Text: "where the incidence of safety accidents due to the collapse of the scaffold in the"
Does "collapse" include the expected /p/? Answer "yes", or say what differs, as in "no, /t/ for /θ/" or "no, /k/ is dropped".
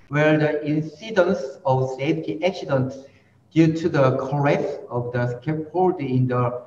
no, /p/ is dropped